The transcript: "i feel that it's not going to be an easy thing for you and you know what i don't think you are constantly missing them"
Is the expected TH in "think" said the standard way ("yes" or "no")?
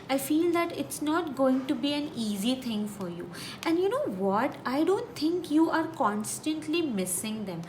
no